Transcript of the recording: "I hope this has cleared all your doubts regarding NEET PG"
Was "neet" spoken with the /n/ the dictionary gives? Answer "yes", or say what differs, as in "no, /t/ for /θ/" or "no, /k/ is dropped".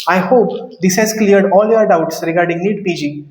no, /l/ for /n/